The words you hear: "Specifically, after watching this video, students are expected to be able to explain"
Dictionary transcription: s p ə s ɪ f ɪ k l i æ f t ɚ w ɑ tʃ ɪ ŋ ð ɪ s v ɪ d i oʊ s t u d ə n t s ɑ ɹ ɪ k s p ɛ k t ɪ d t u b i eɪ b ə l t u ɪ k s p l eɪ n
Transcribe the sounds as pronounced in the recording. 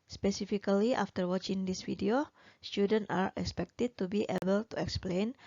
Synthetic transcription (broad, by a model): s p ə s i f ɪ k l i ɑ f t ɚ w ɑ tʃ ɪ ŋ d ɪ s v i d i oʊ s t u d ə n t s ɑ ɹ ɪ k s p ɛ k t ɪ d t u b i eɪ b ə l t u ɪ k s p l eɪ n